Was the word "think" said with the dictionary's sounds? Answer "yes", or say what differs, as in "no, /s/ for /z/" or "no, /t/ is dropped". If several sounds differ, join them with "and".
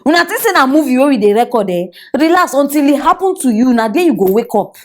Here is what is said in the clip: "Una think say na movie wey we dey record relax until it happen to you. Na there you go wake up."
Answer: no, /t/ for /θ/